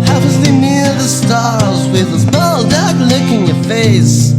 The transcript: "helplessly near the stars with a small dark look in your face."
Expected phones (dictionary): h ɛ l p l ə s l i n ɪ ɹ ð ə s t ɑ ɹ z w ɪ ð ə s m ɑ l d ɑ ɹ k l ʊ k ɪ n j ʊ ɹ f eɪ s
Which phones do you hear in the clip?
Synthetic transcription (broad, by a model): h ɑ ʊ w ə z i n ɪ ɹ ð ə s t ɑ ɹ z w ɪ ð ə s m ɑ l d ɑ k l ʊ k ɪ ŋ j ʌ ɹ f eɪ s